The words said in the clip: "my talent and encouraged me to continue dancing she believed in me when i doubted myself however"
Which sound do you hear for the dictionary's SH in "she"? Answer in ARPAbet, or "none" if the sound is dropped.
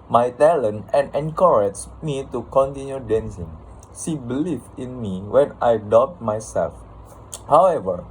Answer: S